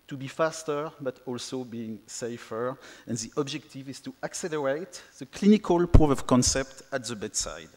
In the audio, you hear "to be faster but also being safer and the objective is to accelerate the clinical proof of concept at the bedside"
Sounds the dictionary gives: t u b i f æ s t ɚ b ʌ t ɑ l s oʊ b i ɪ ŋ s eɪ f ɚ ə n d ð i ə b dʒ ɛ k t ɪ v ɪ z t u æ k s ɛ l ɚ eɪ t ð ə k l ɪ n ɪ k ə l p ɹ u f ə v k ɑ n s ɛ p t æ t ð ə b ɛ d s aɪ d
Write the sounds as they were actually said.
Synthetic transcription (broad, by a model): t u b i f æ s t ɚ b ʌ t ɑ l s oʊ b i ɪ ŋ s eɪ f ɚ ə n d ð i ə b dʒ ɛ k t ɪ v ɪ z t u æ k s ɛ l ɚ eɪ t ð ə k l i n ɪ k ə l p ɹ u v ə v k ɑ n s ɛ p t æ t ð ə b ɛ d s aɪ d